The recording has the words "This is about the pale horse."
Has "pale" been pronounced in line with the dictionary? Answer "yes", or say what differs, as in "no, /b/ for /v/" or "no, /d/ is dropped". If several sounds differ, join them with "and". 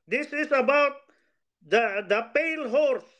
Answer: yes